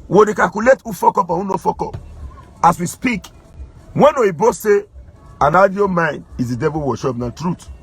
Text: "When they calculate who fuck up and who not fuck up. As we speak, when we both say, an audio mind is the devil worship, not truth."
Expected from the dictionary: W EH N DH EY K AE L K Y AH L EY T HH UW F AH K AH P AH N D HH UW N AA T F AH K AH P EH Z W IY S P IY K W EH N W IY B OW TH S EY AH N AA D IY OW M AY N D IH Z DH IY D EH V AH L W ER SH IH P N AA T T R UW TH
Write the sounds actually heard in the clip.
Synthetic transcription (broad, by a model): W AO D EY K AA L K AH L EY T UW F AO K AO P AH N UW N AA F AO K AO P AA S W IY S P IY K W EH N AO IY B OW S S EY AH N AA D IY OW M AY N D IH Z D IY D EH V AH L W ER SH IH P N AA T T R UW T